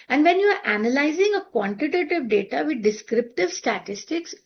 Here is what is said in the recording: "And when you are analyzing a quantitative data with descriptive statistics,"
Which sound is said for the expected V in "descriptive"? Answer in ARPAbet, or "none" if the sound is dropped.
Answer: V